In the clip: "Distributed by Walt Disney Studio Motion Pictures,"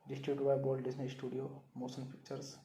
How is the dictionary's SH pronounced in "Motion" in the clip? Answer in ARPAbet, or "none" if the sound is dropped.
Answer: S